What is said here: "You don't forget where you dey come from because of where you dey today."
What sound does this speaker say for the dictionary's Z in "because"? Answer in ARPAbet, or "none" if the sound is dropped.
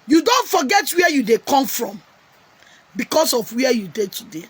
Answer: S